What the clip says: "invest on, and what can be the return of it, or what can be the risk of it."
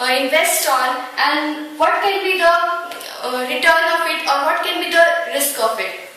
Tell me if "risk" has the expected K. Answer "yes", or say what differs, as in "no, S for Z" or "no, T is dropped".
yes